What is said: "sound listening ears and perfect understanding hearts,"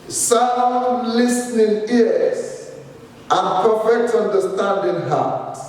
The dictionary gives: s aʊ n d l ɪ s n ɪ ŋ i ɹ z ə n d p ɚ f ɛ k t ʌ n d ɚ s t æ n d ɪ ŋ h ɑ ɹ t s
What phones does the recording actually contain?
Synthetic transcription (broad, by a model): s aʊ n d l ɪ s n ɪ ŋ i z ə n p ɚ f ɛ k t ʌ n d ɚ s t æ n d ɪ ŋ h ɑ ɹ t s